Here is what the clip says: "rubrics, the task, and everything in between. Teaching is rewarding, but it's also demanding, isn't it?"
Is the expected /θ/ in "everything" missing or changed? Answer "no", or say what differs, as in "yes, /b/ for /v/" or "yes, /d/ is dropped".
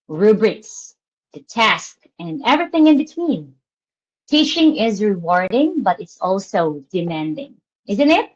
no